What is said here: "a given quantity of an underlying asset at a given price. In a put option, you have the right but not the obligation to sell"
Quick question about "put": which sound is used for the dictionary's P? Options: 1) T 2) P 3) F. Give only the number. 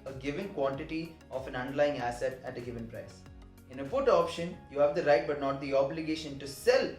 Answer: 3